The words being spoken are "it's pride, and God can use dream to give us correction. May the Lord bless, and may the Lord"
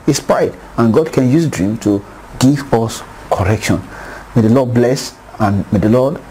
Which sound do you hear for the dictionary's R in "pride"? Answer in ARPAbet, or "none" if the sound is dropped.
none